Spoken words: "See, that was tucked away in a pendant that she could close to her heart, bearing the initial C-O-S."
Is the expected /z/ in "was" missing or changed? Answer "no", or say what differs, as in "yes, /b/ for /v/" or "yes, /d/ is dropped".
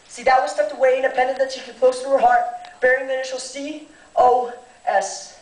yes, /s/ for /z/